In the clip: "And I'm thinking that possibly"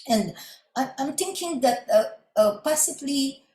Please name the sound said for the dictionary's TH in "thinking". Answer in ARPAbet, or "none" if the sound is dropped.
T